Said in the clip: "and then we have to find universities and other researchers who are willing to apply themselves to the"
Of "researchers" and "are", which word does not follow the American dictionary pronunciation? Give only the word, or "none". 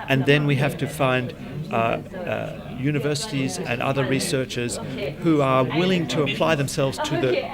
none